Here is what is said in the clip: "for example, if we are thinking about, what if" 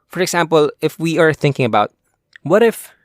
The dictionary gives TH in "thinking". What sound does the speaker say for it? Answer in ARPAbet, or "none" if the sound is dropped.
TH